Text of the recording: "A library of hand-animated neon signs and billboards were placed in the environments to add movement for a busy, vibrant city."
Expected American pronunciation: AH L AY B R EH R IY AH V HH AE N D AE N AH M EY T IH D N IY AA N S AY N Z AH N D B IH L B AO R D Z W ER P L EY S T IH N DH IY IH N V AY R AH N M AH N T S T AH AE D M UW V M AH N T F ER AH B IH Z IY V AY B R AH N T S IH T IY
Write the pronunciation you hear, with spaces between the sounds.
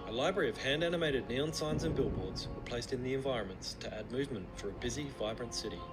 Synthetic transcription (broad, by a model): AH L AY B R EH R IY AH V HH AE N D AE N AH M EY T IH D N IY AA N S AY N Z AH N B IH L B AO R D Z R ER P L EY S T IH N DH IY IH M V AY R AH N M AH N T S T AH AE D M UW V M AH N T F ER AH B IH Z IY V AY B R AH N T S IH T IY